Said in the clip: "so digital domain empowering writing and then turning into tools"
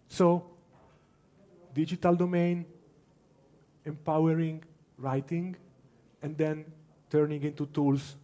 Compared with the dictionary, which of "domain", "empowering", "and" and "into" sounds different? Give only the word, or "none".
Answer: none